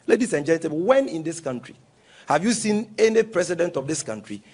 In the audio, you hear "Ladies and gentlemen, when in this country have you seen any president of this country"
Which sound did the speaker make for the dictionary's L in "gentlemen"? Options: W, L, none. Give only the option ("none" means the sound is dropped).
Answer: none